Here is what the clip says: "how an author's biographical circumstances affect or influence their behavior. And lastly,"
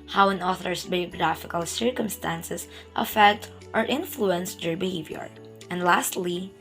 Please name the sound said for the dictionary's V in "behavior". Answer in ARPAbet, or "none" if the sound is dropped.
V